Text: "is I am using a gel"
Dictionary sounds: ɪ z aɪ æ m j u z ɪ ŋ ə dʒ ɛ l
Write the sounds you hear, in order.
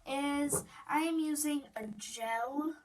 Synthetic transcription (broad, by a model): ɪ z aɪ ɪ m j u z ɪ ŋ ə dʒ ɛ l